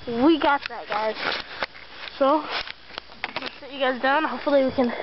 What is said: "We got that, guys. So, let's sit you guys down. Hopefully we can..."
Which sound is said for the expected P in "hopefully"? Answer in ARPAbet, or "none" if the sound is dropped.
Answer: none